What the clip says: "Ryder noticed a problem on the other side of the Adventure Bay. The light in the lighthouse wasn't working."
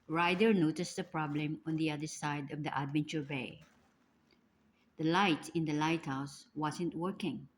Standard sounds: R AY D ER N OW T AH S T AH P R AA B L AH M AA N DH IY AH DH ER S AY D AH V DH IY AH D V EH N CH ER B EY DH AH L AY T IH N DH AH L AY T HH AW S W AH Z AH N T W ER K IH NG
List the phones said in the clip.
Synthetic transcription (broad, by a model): R AY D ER N OW T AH S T AH P R AA B L AH M AA N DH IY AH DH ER S AY D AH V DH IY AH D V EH N CH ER B EY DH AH L AY T IH N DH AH L AY T HH AW S W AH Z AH N T W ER K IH NG